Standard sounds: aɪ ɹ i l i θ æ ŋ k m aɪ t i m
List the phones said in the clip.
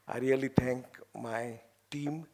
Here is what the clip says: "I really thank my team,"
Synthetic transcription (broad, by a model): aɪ ɹ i l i t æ ŋ k m aɪ t i m